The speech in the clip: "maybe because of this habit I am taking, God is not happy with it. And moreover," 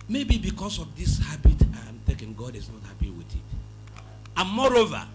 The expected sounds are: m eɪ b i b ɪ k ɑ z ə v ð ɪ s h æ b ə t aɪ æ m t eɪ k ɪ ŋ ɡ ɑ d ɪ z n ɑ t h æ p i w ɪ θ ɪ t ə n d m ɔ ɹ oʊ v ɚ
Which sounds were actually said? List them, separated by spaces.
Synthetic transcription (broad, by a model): m eɪ b i b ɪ k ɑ s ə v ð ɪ s h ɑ b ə t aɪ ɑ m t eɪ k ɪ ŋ ɡ ɑ d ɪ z n ɑ t h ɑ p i w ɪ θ ɪ t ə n m ɔ ɹ oʊ v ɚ